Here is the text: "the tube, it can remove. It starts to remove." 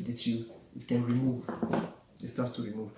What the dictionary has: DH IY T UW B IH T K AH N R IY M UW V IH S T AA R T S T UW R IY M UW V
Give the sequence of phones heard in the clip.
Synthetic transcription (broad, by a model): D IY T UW IH T K AH N R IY M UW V IH S T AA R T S T UW R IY M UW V